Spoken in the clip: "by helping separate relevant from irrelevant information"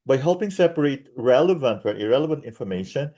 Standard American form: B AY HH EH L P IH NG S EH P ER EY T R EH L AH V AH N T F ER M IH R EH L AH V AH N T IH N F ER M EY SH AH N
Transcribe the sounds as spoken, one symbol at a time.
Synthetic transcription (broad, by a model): B AY HH EH L P IH NG S EH P ER EY T R EH L AH V AH N T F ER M IH R EH L AH V AH N T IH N F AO M EY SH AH N